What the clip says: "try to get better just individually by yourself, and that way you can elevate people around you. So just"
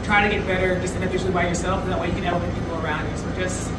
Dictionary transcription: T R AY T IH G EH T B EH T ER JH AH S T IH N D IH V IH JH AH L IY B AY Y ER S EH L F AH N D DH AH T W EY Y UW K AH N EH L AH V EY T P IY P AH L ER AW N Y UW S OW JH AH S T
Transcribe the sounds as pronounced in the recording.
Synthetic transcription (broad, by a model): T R AY T IH G EH T B EH T ER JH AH S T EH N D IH F IH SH L IY B AY Y ER S EH L F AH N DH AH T W EY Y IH K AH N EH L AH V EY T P IY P L ER AW N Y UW S OW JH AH S T